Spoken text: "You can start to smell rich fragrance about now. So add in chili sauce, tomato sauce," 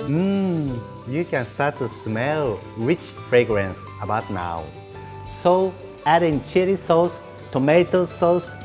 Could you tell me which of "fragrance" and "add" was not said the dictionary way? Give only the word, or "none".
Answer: none